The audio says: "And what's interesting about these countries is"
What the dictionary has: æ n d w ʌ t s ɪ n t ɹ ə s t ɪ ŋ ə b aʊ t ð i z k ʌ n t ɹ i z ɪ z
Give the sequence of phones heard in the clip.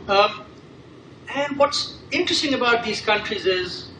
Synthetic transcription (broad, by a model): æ n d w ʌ t s ɪ n t ɹ ə s t ɪ ŋ ə b aʊ t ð i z k ʌ n t ɹ i z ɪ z